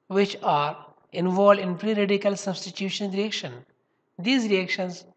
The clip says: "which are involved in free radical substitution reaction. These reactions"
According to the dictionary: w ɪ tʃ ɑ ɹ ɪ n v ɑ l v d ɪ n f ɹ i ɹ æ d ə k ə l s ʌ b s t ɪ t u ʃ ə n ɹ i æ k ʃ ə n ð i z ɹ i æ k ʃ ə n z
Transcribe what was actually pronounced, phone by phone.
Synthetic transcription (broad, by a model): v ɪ tʃ ɑ ɹ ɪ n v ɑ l d ɪ n p ɹ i ɹ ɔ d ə k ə l s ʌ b s t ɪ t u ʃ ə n ɹ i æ k ʃ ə n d i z ɹ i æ k ʃ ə n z